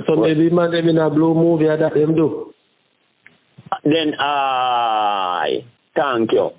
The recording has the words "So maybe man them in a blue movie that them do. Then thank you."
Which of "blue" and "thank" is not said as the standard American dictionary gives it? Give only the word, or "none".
thank